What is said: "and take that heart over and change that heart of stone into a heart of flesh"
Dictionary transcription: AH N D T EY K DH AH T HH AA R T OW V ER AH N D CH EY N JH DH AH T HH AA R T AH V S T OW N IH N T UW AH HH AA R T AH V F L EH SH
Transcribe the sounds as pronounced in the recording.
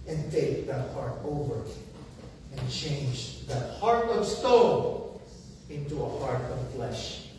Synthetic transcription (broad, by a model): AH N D T EY K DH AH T HH AA R T OW V ER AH N CH EY N JH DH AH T HH AA R T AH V S T OW L IH N T UW AH HH AA R T AH V F L EH SH